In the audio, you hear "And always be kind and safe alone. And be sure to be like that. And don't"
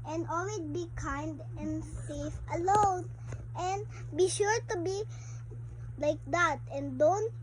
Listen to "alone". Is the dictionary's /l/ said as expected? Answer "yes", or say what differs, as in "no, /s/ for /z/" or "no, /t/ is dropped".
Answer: yes